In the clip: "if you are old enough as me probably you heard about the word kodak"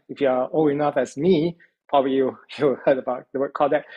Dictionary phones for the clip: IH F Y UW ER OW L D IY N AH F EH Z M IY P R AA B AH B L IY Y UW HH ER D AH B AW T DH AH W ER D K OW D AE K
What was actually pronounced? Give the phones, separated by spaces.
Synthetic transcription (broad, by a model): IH F Y UW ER OW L IY N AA F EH S M IY P R AA B AH B L IY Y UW HH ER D AH B AW T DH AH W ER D K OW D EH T